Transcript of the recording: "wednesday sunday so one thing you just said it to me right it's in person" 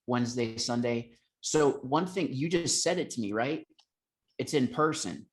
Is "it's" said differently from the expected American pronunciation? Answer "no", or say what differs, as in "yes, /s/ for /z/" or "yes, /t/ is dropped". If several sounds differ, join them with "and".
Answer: no